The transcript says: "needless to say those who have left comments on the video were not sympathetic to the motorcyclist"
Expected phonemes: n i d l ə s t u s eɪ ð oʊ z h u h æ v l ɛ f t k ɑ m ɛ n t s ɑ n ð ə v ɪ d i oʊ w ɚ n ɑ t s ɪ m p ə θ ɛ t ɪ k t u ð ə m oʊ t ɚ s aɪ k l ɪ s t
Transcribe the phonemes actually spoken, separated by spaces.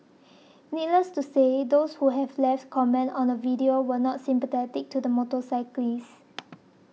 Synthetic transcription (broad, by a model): n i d l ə s t u s eɪ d oʊ s h u h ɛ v l ɛ f t k ɑ m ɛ n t ɑ n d ə v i d i oʊ w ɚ n ɑ t s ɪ m p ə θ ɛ t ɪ k t u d ə m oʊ t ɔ s aɪ k l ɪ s